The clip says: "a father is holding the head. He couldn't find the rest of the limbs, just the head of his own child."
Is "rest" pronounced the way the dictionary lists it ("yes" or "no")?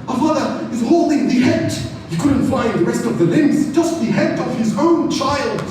yes